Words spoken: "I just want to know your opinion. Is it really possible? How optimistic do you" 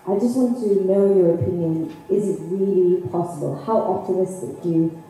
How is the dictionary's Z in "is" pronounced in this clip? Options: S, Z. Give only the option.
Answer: Z